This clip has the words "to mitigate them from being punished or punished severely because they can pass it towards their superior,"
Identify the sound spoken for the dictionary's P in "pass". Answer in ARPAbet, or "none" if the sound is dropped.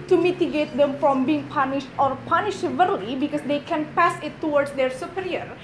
P